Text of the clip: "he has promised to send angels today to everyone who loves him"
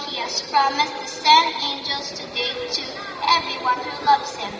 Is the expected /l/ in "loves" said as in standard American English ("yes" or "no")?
yes